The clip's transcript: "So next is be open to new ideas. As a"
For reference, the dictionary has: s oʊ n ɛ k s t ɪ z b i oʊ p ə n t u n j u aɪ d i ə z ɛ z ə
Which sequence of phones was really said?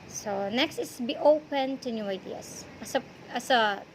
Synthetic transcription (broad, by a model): s oʊ n ɛ k s t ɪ s b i oʊ p ə n t u n j u aɪ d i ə s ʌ s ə